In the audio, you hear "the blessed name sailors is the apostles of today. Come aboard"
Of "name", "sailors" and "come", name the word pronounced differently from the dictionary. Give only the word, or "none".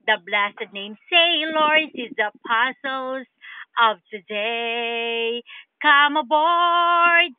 sailors